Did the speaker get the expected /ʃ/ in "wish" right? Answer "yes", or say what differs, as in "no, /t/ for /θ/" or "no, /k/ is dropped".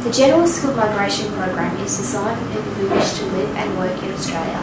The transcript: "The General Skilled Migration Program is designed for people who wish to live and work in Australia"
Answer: yes